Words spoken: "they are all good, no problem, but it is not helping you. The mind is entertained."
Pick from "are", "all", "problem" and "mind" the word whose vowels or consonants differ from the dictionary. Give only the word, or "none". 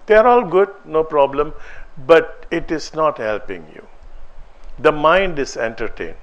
none